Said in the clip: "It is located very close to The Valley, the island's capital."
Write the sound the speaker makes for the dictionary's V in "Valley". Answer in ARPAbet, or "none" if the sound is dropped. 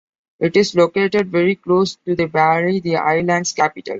B